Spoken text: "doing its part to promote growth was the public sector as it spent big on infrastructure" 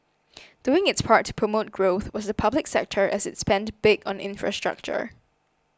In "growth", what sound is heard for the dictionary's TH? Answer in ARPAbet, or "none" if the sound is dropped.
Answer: TH